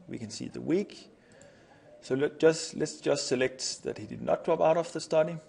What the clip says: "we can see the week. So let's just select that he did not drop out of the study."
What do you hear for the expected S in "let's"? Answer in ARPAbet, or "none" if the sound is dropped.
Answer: S